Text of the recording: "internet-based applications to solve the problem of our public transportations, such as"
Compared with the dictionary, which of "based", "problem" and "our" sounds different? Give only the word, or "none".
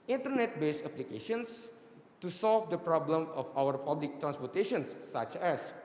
based